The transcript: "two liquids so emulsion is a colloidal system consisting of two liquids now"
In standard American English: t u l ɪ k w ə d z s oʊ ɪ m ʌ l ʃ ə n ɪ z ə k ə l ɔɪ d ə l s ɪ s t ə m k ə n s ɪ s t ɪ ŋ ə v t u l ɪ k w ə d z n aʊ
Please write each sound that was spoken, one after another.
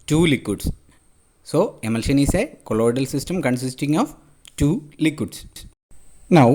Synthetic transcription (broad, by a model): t u l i k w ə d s s oʊ ɪ m ʌ l ʃ ə n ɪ s ə k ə l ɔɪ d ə l s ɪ s t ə m k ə n s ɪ s t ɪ ŋ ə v t u l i k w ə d s n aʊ